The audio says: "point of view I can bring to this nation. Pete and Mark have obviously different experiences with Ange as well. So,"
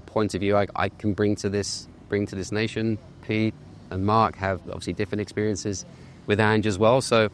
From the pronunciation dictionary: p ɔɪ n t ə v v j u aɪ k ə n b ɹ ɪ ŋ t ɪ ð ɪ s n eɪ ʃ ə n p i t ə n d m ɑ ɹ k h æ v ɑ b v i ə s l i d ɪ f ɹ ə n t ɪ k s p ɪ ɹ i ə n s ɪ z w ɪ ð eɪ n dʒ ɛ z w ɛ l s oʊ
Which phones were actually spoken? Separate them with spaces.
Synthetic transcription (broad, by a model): p ɔɪ n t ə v v j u aɪ k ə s b ɹ ɪ ŋ t ɪ ð ɪ s n eɪ ʃ ə n p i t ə n m ɑ ɹ k h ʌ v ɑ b v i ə s l i d ɪ f ɹ ə n t ɪ k s p ɪ ɹ i ə n s ɪ z w ɪ ð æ n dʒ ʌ z w ɛ l s oʊ